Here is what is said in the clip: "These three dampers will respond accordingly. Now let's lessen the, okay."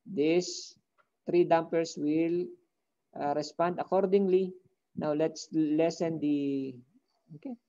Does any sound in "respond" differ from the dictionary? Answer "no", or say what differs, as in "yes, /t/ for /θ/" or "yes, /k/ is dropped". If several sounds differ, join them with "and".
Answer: no